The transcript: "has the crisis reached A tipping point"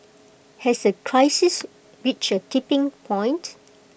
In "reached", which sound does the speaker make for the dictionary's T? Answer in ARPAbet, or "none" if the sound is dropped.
none